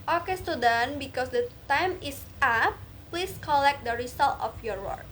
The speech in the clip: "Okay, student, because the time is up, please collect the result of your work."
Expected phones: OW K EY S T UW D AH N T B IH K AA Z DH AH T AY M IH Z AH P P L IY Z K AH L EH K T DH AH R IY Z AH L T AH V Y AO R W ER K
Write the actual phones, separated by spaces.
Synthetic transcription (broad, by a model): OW K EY S T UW D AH N B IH K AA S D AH T AY M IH S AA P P L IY S K AH L EH K T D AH R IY S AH L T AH F Y AO R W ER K